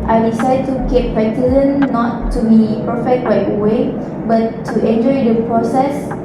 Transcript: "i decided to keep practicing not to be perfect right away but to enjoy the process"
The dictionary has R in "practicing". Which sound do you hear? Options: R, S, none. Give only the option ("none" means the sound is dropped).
none